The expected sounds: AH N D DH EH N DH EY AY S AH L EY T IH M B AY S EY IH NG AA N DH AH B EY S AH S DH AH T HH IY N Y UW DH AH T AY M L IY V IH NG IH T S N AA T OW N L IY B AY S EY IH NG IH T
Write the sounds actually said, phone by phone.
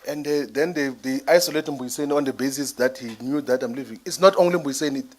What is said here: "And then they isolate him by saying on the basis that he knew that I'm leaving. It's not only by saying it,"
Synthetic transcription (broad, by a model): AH N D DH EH N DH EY AY S AH L EY T IH M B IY S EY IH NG AA N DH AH B EY S AH S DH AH T HH IY N Y UW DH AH T AY M L IY V IH NG IH T S N AA T OW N L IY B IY S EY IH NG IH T